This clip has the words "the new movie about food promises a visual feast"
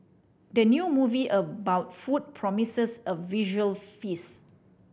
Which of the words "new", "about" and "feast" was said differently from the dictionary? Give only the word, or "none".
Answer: feast